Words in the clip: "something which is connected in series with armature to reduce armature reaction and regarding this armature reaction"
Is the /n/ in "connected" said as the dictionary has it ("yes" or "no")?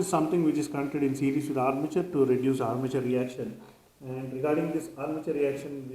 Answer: no